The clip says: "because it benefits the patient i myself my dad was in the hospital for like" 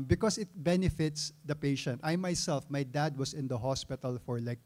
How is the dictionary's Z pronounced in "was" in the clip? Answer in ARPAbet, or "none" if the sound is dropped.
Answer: S